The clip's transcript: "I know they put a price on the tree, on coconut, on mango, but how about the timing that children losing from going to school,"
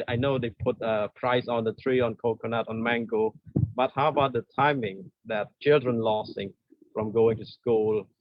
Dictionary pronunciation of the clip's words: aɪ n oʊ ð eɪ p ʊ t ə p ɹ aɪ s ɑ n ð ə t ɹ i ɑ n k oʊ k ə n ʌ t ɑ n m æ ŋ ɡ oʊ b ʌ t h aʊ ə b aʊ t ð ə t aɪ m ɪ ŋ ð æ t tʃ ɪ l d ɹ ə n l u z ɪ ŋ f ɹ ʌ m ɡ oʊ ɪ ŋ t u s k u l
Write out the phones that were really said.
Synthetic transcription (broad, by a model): aɪ n oʊ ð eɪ p ʊ t ə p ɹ aɪ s ɑ n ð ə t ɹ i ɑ n k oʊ k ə n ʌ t ɑ n m æ ŋ ɡ oʊ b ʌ t h aʊ ə b aʊ t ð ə t aɪ m ɪ ŋ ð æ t tʃ ɪ l d ɹ ə n l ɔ s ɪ ŋ f ɹ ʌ m ɡ oʊ ɪ ŋ t u s k u l